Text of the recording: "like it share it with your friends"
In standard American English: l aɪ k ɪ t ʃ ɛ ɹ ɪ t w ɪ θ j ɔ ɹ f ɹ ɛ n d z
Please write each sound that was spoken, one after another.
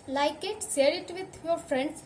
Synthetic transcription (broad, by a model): l aɪ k ɪ t s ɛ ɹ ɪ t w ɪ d j ɔ ɹ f ɹ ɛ n d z